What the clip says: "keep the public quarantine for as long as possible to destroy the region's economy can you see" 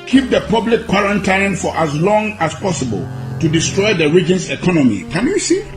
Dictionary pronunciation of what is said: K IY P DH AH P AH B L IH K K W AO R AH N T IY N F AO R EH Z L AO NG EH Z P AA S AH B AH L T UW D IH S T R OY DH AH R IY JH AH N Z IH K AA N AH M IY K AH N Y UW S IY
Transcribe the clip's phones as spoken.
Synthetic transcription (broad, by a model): K IY P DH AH P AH B L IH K K W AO R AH N T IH N F AO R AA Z L AO NG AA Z P AA S AH B AH L T UW D IH S T R OY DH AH R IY JH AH N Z IH K AA N AH M IY K AH N Y UW S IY